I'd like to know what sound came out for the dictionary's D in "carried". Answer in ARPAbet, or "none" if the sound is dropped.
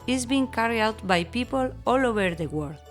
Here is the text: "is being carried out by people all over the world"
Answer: none